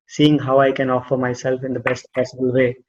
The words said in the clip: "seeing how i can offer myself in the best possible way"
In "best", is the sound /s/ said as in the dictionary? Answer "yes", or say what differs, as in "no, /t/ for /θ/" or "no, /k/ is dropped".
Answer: yes